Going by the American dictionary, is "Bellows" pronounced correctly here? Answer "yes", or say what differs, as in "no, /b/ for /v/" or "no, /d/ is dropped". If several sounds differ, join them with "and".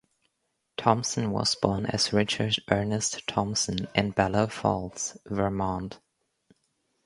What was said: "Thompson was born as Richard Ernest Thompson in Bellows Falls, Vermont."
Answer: no, /z/ is dropped